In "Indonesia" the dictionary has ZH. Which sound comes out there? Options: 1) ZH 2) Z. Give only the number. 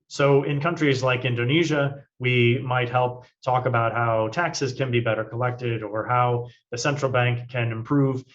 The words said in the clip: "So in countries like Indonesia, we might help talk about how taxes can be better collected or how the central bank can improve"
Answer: 1